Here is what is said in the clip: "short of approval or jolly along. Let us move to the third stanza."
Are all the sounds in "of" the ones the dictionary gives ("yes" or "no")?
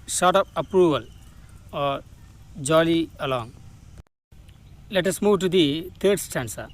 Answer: no